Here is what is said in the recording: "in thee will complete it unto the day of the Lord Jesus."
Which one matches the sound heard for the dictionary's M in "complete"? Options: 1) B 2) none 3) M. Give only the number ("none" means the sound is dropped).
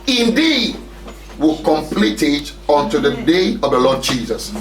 3